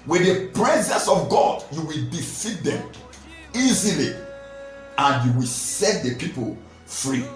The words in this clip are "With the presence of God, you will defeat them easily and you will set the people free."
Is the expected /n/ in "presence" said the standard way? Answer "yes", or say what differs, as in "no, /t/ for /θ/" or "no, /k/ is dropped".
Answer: yes